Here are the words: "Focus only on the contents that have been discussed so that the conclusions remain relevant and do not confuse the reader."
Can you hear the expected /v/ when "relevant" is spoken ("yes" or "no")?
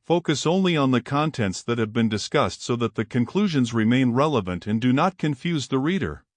yes